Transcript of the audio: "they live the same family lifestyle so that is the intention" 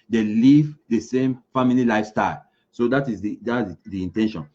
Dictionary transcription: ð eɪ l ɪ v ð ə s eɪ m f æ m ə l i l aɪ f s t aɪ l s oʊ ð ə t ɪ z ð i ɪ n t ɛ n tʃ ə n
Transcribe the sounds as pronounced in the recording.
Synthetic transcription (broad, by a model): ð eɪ l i v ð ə s eɪ m f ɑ m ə l i l aɪ f s t aɪ l s oʊ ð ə t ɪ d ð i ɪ n t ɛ n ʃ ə n